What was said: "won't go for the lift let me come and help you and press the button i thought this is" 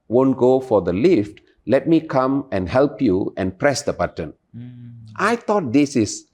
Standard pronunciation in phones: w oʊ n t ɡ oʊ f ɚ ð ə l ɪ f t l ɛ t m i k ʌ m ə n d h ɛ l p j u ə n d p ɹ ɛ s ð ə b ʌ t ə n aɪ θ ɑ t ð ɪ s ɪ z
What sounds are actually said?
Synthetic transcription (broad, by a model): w oʊ n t ɡ oʊ f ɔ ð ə l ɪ f t l ɛ t m i k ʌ m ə n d h ɛ l p j u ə n p ɹ ɛ s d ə b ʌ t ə n aɪ t ɑ t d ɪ s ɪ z